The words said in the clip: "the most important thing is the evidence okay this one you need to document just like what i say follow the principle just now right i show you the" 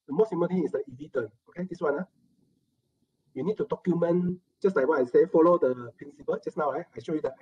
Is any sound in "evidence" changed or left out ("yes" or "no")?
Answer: yes